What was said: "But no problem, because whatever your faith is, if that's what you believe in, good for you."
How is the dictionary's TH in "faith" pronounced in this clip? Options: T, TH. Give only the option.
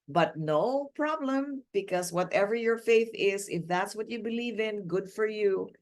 TH